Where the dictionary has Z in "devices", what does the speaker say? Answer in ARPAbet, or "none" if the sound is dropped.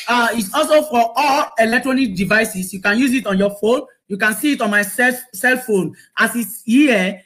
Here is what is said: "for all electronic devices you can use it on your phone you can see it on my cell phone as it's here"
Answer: S